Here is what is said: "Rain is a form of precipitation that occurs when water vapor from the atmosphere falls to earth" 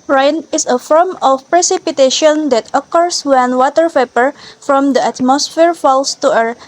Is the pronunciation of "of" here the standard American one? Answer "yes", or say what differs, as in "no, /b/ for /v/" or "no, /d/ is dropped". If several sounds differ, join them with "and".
no, /f/ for /v/